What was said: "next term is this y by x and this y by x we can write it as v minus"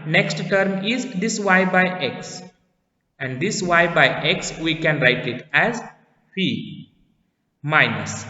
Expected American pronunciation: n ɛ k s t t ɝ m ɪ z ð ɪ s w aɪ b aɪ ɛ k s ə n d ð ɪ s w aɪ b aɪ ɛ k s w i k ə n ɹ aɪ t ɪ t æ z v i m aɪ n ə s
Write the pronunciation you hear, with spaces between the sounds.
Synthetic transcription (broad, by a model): n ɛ k s t t ɝ m ɪ z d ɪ s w aɪ b aɪ ɛ k s ə n d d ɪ s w aɪ b aɪ ɛ k s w i k ə n ɹ aɪ t ɪ t æ z f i m aɪ n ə s